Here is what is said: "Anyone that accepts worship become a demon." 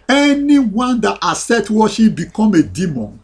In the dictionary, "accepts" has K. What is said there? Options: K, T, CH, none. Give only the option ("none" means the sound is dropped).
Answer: none